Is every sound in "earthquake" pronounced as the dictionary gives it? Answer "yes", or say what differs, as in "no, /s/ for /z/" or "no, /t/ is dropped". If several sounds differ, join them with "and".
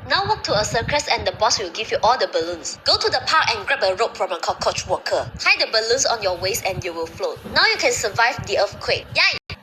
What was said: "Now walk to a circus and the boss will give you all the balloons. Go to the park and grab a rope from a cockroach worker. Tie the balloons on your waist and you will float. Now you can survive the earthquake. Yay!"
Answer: no, /f/ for /θ/